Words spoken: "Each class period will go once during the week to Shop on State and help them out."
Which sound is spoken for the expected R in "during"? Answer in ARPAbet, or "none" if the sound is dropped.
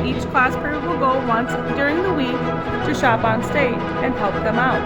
R